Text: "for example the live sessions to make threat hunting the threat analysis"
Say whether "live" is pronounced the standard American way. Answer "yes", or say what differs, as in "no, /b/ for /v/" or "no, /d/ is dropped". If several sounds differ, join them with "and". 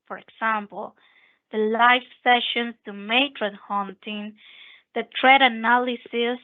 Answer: no, /f/ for /v/